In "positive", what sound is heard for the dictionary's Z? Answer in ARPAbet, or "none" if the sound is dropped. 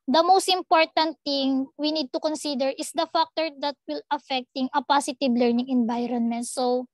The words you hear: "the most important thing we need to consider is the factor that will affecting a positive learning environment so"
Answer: S